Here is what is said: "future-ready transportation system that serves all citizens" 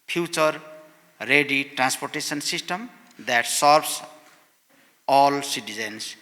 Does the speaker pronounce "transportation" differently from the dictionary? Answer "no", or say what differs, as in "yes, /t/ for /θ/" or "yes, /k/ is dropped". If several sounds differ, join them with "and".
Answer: yes, /s/ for /ʃ/